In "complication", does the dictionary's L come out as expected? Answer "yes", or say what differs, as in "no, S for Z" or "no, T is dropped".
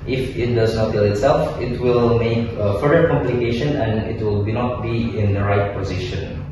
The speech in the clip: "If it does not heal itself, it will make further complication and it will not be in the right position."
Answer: yes